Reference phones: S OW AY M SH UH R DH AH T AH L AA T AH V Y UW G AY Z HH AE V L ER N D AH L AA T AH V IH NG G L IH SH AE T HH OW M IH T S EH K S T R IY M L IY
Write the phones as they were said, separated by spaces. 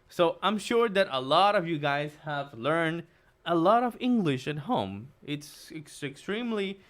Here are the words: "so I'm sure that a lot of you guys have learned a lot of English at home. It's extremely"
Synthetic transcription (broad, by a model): S OW AY M SH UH R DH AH T AH L AA T AH V Y UW G AY Z HH AE V L ER N D AH L AA T AH V IH NG G L IH SH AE T HH OW M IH T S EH K S T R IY M L IY